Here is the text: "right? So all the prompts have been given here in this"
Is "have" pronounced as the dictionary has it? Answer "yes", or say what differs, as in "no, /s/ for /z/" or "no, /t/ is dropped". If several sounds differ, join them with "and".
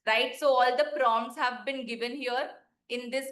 yes